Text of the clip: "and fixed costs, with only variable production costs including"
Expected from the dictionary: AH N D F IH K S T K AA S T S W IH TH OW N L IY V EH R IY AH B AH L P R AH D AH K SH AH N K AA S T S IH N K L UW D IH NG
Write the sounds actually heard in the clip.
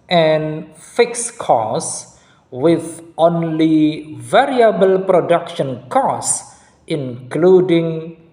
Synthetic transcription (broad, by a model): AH N F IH K S K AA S S W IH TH OW N L IY V EH R IY AH B AH L P R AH D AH K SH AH N K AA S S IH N K L UW D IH NG